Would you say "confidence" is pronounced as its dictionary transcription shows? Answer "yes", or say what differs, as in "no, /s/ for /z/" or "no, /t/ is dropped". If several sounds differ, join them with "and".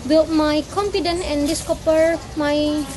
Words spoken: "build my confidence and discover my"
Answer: no, /s/ is dropped